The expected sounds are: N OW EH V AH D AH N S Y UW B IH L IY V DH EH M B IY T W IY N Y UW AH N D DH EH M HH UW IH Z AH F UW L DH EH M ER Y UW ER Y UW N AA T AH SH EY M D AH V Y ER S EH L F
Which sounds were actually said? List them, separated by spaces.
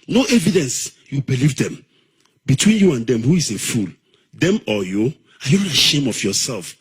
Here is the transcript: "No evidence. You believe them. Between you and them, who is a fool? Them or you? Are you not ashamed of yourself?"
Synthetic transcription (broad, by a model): N OW EH V AH D AH N S Y UW B IH L IY V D EH M B IY T W IY N Y UW AH N D EH M HH UW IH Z AH F UW L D EH M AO Y UW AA Y UW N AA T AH SH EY M AH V Y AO S EH L F